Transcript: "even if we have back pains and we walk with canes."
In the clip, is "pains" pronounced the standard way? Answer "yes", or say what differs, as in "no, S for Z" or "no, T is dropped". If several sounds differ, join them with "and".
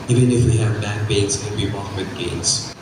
no, B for P